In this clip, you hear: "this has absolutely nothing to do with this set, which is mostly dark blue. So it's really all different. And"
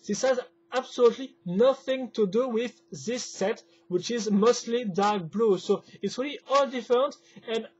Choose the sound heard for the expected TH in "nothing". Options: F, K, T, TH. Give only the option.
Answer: TH